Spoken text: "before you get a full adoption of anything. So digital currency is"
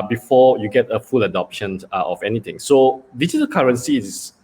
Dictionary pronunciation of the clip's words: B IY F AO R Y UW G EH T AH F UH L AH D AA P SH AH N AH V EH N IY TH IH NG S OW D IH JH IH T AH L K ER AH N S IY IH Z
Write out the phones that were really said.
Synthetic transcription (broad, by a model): B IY F AO Y UW G EH T AH F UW L AH D AA P SH AH N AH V EH N IY T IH NG S OW D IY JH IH T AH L K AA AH N S IY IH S